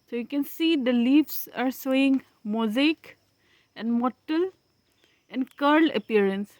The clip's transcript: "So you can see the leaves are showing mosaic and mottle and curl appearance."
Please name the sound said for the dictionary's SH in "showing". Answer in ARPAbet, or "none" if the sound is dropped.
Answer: S